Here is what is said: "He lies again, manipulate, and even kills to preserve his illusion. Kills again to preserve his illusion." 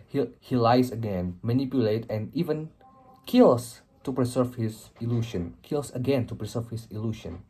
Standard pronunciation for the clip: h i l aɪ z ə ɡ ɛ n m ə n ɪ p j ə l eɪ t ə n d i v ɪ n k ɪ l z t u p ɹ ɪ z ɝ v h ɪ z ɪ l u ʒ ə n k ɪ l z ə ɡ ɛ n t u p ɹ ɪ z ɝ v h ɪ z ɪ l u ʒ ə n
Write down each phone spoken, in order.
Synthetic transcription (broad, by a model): h i l aɪ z ə ɡ ɛ n m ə n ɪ p j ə l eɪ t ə n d i v ɪ n k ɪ l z t u p ɹ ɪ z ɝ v h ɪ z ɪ l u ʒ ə n k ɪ l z ə ɡ ɛ n t u p ɹ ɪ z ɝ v h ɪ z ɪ l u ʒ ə n